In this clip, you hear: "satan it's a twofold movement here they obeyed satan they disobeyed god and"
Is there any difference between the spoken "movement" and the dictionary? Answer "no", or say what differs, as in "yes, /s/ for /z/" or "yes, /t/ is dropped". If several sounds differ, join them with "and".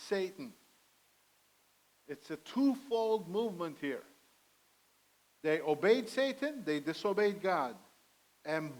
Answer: no